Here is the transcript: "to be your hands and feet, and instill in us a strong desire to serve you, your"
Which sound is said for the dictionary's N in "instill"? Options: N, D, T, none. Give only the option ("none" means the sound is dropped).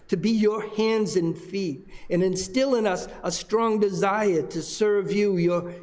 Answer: N